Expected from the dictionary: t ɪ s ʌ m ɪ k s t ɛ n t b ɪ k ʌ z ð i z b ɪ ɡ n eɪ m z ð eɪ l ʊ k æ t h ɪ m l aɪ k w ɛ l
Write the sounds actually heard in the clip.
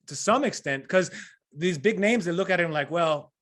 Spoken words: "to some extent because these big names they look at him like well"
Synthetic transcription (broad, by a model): t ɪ s ʌ m ɪ k s t ɛ n t k ʌ z ð i z b ɪ ɡ n eɪ m z ð eɪ l ʊ k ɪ t h ɪ m l aɪ k w ɛ l